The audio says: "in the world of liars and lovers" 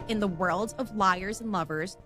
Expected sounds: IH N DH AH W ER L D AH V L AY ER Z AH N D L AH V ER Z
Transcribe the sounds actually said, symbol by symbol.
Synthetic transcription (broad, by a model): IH N DH AH W ER L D AH V L AY ER Z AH N L AH V ER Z